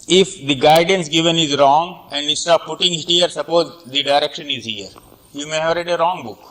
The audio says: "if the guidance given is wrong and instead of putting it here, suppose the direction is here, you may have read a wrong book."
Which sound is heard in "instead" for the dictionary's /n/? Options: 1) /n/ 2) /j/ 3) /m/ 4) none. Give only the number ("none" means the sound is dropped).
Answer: 4